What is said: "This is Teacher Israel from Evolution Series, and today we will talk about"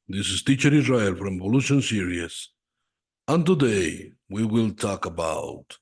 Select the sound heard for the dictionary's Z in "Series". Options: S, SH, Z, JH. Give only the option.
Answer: S